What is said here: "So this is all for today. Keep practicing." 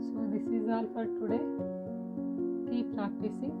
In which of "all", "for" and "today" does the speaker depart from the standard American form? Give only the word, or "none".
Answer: for